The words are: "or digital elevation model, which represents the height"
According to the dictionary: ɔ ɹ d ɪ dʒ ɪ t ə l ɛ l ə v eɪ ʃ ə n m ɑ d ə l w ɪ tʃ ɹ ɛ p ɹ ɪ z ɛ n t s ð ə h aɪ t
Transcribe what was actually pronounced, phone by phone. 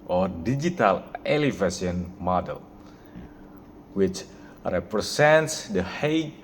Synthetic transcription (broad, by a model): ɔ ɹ d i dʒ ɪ t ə l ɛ l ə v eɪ s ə n m ɑ d ə l w ɪ tʃ ɹ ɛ p ɹ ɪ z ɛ n t s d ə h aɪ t